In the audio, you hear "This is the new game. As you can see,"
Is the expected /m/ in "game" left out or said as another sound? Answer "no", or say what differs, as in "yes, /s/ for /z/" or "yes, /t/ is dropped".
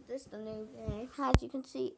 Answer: yes, /m/ is dropped